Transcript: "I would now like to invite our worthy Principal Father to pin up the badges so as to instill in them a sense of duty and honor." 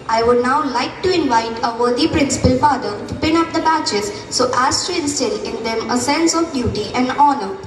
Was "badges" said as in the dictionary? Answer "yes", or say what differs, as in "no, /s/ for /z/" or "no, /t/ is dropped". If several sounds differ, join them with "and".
no, /tʃ/ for /dʒ/